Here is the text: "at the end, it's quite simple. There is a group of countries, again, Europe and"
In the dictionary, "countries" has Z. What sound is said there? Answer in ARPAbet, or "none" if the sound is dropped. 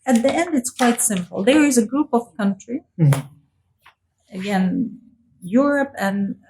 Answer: none